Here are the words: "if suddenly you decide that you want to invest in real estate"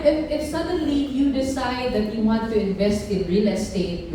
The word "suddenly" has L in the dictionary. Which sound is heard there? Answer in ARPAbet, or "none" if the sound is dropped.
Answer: L